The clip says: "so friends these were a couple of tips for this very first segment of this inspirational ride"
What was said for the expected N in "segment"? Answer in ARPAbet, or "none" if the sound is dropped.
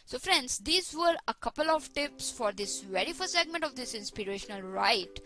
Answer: N